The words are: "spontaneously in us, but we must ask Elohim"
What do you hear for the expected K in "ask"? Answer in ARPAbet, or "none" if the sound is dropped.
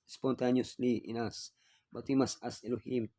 none